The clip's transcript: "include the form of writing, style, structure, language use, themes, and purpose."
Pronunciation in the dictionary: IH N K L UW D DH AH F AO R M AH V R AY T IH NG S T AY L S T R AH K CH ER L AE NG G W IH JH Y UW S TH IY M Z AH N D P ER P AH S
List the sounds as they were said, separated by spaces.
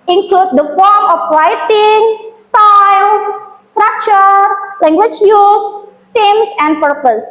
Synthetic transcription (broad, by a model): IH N K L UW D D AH F AO R M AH F R AY T IH NG S T AY L S T R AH K CH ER L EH NG G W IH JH Y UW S T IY M S AH N D P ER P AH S